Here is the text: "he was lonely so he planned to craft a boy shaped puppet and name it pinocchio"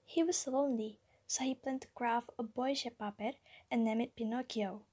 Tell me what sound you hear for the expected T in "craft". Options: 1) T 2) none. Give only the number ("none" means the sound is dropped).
2